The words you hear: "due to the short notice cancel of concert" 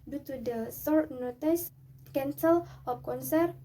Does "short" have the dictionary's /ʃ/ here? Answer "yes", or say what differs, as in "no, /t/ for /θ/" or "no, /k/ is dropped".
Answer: no, /s/ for /ʃ/